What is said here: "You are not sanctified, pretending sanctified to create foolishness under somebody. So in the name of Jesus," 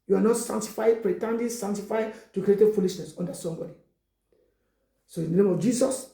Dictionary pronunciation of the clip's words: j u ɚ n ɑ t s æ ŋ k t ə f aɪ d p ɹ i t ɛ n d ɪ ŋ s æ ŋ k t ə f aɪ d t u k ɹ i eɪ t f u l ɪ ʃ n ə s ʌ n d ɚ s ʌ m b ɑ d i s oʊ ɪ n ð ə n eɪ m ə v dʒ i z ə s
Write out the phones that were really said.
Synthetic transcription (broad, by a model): j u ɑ n ɑ t s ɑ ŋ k t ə f aɪ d p ɹ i t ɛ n d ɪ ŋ s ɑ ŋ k t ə f aɪ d t u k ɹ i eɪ t f u l ɪ ʃ n ə s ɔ n d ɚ s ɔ m b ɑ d i s oʊ ɪ n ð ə n eɪ m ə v dʒ i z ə s